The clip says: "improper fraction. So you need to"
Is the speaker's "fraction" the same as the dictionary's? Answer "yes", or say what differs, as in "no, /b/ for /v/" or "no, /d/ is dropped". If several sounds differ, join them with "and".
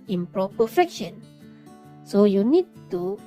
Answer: no, /ɹ/ is dropped